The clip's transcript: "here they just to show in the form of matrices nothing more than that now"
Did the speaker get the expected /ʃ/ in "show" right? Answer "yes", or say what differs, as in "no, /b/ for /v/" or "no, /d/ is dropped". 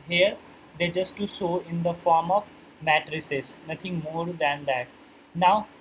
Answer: no, /s/ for /ʃ/